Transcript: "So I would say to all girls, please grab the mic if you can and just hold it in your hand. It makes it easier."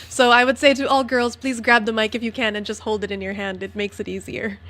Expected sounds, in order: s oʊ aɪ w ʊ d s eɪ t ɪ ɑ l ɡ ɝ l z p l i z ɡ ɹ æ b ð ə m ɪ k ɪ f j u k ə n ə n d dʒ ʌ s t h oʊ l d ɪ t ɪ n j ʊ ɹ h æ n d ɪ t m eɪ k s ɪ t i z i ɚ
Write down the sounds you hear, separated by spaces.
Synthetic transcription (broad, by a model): s oʊ aɪ w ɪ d s eɪ t ɪ ɑ l ɡ ɝ l z p l i z ɡ ɹ æ b ð ə m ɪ k ɪ f j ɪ k ə n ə n dʒ ʌ s t h oʊ l d ɪ t ɪ n j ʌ ɹ h æ n d ɪ t m eɪ k s ɪ t i z i ɚ